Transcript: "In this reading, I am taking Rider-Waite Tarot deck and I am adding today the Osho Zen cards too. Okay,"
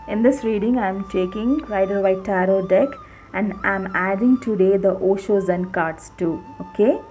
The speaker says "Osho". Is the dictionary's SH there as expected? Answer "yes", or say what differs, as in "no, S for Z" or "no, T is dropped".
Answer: yes